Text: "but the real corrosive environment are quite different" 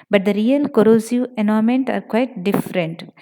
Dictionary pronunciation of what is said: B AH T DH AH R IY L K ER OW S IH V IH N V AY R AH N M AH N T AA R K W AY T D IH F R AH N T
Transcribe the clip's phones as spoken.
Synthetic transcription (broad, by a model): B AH T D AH R IY L K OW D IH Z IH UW AH N M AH N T AA R K W AY T D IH F R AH N T